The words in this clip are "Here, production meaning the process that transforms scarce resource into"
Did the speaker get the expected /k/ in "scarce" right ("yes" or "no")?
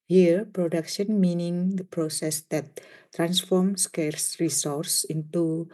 yes